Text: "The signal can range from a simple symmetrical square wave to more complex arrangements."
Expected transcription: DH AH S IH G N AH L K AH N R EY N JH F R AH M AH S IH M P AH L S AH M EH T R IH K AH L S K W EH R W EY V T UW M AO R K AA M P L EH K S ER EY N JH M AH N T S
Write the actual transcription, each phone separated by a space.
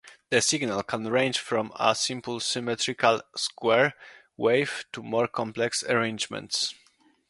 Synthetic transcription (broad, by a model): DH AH S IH G N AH L K AH N R EY N JH F R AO M AH S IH M P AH L S AH M EH T R IH K AH L S K W EH R W EY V T UW M AO R K AA M P L EH K S ER EY N JH M AH N T S